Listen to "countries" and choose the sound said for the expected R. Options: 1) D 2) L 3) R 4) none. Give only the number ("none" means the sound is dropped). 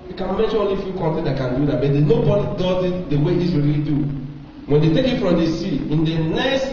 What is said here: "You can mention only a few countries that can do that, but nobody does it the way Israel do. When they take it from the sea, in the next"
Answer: 4